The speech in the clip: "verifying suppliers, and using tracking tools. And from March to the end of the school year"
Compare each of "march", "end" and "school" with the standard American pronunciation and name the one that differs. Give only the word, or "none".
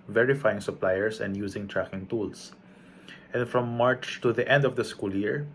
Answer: none